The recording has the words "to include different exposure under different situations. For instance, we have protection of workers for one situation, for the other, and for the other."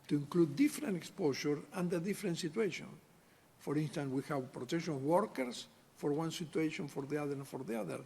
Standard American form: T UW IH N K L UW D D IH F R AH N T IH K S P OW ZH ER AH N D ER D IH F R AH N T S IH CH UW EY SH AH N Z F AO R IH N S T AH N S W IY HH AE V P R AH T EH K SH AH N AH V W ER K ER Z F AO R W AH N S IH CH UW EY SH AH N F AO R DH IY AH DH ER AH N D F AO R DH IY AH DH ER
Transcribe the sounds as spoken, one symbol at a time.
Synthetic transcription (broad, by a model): T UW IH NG K L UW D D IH F R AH N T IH K S P OW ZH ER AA N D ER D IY F R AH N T S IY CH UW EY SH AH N F AO R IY N S T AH N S W IY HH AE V P R AH T EH K SH AH N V W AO K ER S F AO R W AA N S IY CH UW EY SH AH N F AO R DH IY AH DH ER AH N F AO R DH IY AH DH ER